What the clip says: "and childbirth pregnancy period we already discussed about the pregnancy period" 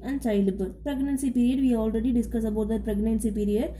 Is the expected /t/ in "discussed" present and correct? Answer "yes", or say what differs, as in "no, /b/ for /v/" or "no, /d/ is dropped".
no, /t/ is dropped